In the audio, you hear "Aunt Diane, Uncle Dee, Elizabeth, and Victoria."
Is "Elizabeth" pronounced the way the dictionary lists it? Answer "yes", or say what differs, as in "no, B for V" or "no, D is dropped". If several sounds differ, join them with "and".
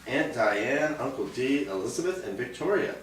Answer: yes